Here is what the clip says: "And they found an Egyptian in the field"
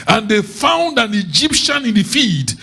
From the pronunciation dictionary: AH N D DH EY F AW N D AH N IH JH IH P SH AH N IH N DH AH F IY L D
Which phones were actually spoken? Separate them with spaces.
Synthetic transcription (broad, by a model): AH N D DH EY F AW N D AH N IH JH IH P SH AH N IH N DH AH F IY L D